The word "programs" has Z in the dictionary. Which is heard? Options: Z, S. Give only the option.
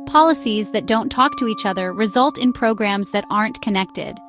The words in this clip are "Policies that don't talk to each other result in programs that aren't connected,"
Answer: Z